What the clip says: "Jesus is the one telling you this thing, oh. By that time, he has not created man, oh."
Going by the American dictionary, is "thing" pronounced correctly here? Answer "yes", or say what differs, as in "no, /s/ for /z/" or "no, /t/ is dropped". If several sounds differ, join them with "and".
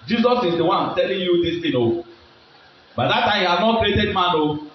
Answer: no, /t/ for /θ/